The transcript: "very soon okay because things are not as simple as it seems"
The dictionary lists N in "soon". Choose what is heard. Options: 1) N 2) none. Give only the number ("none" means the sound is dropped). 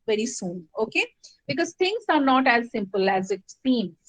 1